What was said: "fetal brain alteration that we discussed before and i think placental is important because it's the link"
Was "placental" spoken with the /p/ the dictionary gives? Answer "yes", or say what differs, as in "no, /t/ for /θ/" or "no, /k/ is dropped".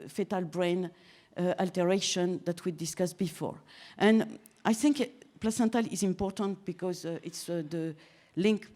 yes